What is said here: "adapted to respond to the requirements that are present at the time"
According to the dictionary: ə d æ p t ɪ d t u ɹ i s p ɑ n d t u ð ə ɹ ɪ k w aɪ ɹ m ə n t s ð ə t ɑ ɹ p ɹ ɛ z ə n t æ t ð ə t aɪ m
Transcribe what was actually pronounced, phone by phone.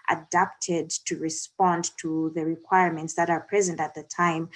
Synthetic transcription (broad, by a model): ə d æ p t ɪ d t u ɹ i s p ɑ n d t u ð ə ɹ ɪ k w aɪ ɹ m ə n t s ð ə t ɑ ɹ p ɹ ɛ z ə n t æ t ð ə t aɪ m